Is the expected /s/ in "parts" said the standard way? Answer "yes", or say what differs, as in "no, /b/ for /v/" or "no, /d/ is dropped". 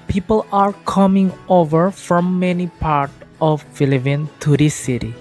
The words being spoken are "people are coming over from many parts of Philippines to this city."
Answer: no, /s/ is dropped